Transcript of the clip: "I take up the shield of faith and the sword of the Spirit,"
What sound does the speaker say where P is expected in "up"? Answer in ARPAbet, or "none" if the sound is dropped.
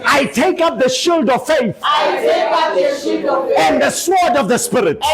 P